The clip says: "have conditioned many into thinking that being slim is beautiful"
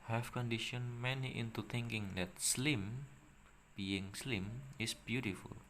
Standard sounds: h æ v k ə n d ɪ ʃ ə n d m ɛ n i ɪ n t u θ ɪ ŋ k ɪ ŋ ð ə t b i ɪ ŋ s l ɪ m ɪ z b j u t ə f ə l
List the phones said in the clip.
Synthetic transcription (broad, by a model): h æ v k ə n d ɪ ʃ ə n m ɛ n i ɪ n t u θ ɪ ŋ k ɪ ŋ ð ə t b i ɪ ŋ s l ɪ m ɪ s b j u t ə f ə l